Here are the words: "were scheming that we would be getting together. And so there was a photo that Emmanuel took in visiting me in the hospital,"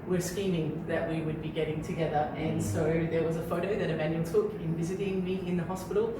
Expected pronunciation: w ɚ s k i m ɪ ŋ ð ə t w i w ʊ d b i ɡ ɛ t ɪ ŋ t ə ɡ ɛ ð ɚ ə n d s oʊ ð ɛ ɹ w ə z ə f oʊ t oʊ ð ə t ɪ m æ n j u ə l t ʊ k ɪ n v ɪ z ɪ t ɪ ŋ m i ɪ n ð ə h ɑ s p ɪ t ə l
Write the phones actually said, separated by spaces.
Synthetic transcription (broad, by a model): w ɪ s k i m ɪ ŋ ð ə t w i w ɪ d b i ɡ ɛ t ɪ ŋ t ə ɡ ɛ ð ɚ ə n s oʊ ð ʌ ɹ w ə z ə f oʊ t oʊ ð ə t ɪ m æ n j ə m t ʊ k ɪ n v ɪ z ɪ t ɪ ŋ m i ɪ n ð ə h ɑ s p ɪ t l